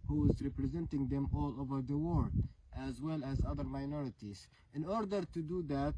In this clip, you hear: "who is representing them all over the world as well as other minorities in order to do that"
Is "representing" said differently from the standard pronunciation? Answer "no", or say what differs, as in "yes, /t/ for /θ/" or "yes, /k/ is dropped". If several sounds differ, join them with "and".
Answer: no